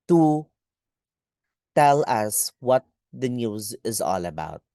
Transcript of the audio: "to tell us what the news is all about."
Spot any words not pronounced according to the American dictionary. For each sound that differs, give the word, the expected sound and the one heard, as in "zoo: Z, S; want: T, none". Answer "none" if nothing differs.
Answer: none